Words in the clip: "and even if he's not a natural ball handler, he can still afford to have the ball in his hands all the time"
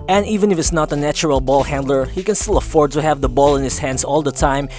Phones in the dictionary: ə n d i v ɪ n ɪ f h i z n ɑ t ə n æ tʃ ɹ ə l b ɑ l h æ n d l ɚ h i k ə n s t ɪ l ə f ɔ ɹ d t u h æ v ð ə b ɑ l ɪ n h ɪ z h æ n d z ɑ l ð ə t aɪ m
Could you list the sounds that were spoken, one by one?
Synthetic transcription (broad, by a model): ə n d i v ɪ n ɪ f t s n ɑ t ə n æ tʃ ɹ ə l b ɑ l h æ n d l ɚ h i k ə n s t ɪ l ə f ɔ ɹ d t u h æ v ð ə b ɑ l ɪ n h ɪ s h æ n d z ɑ l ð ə t aɪ m